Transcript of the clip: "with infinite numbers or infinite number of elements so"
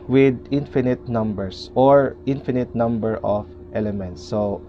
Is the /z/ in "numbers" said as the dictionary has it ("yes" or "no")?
no